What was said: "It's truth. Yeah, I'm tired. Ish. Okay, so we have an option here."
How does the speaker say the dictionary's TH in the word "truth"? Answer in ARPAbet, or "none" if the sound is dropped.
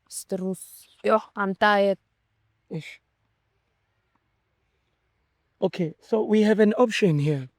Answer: S